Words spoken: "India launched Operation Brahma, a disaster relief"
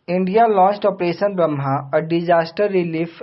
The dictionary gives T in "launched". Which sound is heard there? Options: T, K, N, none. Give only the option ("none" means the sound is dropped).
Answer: T